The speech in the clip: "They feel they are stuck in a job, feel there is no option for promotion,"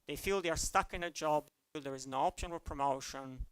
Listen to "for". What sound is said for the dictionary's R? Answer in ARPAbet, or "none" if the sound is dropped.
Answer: L